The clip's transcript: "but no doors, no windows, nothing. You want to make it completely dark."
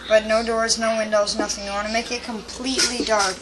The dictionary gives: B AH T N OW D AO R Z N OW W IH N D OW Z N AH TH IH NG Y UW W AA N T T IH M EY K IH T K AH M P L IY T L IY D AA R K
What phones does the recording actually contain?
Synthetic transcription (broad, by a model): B AH T N OW D AO R Z N OW W IH N D OW Z N AH TH IH NG Y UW W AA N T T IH M EY K IH T K AH M P L IY T L IY D AA R K